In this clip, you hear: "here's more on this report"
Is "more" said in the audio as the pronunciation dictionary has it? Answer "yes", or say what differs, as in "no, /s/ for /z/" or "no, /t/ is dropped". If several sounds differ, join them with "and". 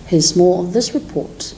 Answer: no, /l/ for /ɹ/